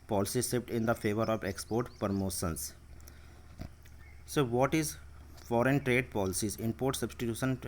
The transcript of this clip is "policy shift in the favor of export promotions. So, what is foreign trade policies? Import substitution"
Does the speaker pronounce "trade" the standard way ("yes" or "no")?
yes